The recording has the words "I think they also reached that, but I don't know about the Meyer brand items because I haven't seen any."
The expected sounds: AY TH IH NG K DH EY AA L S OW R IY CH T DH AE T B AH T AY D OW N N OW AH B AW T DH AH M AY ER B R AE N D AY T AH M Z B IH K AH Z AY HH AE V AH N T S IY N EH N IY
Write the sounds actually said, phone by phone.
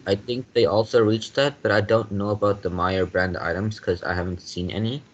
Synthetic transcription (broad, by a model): AY TH IH NG K DH EY AA L S OW R IY CH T DH AE T B AH T AY D OW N N OW AH B AW T DH AH M AY ER B R AE N D AY T AH M Z K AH Z AY HH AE V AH N T S IY N EH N IY